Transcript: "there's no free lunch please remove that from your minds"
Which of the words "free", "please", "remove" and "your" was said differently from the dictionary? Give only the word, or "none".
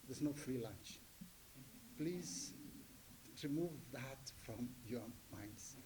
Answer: none